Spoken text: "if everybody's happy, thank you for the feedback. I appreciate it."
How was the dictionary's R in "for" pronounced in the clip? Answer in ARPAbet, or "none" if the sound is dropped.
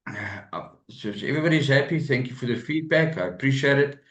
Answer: R